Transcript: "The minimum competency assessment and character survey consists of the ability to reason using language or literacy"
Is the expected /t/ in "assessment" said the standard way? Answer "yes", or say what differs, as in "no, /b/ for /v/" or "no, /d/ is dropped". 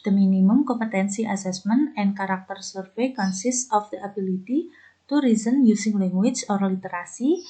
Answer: no, /t/ is dropped